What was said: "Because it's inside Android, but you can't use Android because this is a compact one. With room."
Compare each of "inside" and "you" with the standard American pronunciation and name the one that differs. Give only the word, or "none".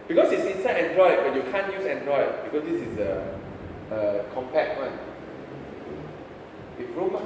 inside